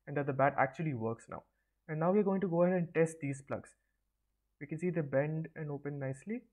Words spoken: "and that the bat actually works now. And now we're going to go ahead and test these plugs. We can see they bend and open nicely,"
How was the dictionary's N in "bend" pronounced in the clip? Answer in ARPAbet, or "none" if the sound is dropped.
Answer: N